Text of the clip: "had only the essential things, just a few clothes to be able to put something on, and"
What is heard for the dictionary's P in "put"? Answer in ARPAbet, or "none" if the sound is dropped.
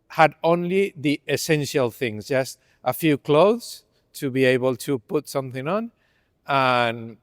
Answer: P